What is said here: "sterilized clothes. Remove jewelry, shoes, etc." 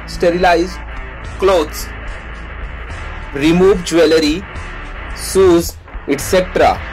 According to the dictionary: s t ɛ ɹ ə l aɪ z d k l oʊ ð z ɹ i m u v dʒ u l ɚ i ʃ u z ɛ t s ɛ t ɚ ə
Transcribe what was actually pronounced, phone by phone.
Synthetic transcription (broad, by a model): s t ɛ ɹ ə l aɪ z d k l oʊ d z ɹ i m u v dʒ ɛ l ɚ i s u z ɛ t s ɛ t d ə